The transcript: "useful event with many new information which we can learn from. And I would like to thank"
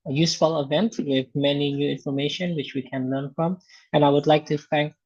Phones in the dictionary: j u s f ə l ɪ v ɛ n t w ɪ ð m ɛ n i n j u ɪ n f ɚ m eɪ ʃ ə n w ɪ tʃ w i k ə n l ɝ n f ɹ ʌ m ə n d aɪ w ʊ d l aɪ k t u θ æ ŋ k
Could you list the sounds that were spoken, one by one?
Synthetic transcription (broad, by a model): j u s f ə l ɪ v ɛ n t w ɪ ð m ɛ n i n j u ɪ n f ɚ m eɪ ʃ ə n w ɪ tʃ w i k ə n l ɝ n f ɹ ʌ m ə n aɪ w ʊ d l aɪ k t u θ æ ŋ k